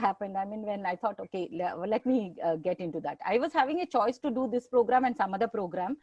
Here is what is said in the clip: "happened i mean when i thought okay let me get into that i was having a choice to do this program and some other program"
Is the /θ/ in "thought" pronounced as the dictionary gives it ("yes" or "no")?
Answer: no